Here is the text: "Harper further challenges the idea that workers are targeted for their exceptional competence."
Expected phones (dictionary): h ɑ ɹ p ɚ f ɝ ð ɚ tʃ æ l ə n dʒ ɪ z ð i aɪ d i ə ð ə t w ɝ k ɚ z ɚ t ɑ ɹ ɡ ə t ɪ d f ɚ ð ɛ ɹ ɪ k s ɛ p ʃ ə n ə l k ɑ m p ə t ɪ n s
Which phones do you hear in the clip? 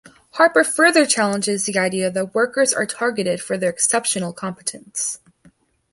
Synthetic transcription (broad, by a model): h ɑ ɹ p ɚ f ɝ ð ɚ tʃ æ l ə n dʒ ɪ z ð i aɪ d i ə ð ə t w ɝ k ɚ z ɚ t ɑ ɹ ɡ ə t ɪ d f ɚ ð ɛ ɹ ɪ k s ɛ p ʃ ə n l k ɑ m p ə t ɪ n s